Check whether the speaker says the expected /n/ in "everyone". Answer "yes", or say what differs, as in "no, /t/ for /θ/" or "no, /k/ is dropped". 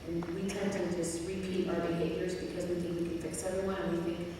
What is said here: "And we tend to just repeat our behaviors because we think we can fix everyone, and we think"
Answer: no, /n/ is dropped